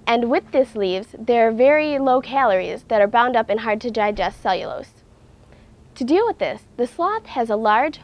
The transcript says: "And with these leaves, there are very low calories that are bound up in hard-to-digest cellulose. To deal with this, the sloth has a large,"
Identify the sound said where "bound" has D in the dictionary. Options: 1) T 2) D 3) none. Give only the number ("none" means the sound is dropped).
2